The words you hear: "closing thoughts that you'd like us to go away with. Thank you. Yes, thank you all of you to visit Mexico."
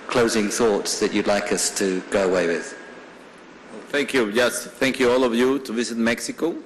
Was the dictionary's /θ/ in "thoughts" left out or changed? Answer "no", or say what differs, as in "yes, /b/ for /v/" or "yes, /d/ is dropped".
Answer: no